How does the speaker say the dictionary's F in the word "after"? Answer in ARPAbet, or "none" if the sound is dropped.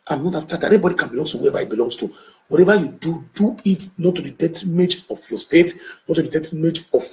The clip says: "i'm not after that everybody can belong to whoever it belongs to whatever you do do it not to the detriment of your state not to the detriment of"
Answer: none